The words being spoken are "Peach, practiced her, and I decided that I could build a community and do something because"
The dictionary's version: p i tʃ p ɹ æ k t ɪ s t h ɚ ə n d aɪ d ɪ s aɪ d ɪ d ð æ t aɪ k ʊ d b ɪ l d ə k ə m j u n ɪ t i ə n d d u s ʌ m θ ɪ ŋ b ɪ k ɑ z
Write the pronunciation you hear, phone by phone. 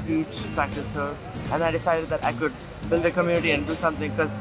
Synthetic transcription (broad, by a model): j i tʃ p ɹ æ k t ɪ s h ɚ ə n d aɪ d ɪ s aɪ d ɪ d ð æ t aɪ k ʊ d b ɪ l d ə k ə m j u n ɪ t i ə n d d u s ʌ m t ɪ ŋ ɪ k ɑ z